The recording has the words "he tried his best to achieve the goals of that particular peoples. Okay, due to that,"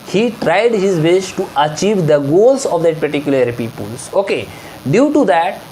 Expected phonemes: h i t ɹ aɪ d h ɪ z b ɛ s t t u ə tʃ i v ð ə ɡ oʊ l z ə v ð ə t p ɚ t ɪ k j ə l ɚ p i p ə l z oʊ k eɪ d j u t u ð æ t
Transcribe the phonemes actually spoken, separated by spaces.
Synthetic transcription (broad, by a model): h i t ɹ aɪ d h ɪ z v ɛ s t t u ə tʃ i v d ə ɡ oʊ l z ə v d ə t p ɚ t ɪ k j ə l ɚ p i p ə l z oʊ k eɪ d j u t u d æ t